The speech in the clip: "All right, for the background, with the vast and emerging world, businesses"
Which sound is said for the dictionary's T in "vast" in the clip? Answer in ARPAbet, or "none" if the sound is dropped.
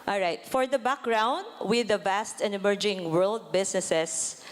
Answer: T